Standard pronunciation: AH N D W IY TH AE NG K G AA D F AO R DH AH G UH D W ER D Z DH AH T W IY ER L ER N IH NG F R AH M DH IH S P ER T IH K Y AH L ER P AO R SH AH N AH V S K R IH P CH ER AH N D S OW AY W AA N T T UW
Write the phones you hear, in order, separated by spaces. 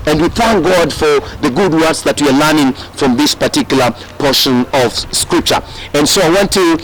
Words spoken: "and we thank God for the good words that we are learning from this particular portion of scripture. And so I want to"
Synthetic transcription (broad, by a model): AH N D W IY TH AE NG K G AA D F AO R DH AH G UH D W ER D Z DH AH T W IY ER L ER N IH NG F R AH M DH IH S P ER T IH K Y L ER P AO R SH AH N AH V S K R IH P CH ER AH N S OW AY W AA N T T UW